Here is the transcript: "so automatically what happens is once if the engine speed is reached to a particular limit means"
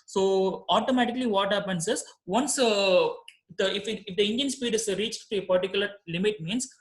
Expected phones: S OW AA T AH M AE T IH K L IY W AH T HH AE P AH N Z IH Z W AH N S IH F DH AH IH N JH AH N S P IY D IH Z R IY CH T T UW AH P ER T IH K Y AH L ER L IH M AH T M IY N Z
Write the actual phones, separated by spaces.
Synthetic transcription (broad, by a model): S OW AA T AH M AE T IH K L IY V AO T HH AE P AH N S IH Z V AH N S IH F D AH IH N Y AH N S P IY D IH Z R IY CH T T UW AH P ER T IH K Y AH L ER L IH M AH T M IY N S